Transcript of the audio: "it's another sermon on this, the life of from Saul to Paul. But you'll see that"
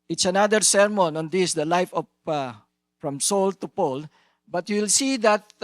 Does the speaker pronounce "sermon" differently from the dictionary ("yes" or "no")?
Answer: no